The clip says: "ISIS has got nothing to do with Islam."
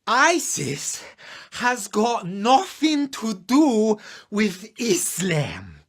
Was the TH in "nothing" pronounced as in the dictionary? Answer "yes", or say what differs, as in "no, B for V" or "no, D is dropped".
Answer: yes